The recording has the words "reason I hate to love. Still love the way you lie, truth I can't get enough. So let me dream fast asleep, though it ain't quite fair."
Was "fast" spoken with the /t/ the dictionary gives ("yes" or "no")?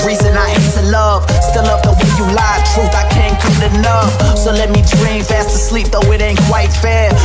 yes